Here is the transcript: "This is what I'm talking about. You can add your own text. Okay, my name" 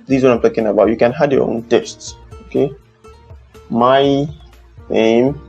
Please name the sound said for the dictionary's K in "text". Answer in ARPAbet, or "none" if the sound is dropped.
none